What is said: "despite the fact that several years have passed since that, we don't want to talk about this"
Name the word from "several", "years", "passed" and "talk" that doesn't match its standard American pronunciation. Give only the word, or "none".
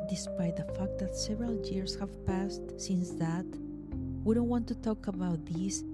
years